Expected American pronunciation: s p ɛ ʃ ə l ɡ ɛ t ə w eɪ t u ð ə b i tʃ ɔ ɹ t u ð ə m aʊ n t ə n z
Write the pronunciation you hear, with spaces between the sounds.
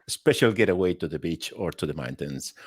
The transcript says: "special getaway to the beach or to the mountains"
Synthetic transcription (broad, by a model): s p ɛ ʃ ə l ɡ ɛ t ə w eɪ t u ð ə b i tʃ ɔ ɹ t u ð ə m aʊ n t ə n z